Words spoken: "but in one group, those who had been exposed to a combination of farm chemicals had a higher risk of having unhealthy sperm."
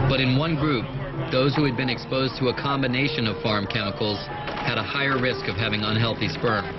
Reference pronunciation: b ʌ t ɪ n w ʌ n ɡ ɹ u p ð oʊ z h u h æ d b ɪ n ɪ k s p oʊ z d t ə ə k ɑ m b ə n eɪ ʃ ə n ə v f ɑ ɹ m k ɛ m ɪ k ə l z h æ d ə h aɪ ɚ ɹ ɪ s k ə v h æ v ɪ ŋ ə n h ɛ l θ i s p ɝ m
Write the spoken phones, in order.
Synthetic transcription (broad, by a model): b ʌ t ɪ n w ʌ n ɡ ɹ u p ð oʊ z h u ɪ d b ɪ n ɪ k s p oʊ z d t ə ə k ɑ m b ə n eɪ ʃ ə n ə v f ɑ ɹ m k ɛ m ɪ k l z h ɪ d ə h aɪ ɚ ɹ ɪ s k ə v h æ v ɪ ŋ ə n h ɛ l θ i s p ɝ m